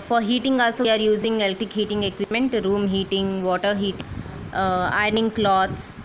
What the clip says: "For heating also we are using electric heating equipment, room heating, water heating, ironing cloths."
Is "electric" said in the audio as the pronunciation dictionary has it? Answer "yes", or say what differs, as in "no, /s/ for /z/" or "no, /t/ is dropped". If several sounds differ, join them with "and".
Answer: no, /ɹ/ is dropped